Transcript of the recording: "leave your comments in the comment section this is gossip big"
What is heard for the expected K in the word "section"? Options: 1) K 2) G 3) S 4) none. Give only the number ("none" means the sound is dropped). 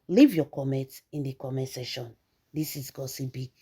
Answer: 4